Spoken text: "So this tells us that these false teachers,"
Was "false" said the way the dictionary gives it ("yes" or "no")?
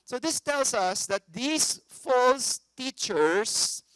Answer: yes